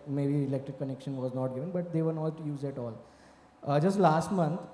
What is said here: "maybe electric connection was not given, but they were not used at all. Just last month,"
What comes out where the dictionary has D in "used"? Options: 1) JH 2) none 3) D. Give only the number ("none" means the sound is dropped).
2